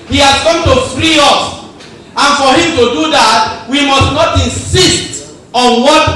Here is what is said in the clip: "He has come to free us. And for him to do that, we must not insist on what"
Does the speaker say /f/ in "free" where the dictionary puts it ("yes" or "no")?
yes